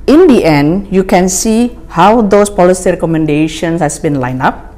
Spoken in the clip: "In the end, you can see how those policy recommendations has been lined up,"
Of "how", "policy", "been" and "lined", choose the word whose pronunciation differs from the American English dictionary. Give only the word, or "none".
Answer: lined